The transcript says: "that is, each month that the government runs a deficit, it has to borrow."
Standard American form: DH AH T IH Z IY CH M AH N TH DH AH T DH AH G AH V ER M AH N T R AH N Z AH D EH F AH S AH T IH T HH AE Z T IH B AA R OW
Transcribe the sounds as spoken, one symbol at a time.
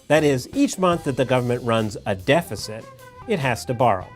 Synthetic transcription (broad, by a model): DH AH T IH Z IY CH M AH N TH DH AH T DH AH G AH V ER M AH N T R AH N Z AH D EH F AH S AH T IH T HH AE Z T IH B AA R OW